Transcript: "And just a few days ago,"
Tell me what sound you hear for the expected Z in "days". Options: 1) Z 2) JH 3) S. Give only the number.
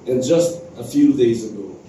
1